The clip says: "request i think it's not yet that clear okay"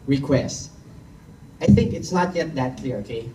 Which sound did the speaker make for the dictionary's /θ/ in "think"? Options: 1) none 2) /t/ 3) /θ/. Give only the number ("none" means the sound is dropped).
3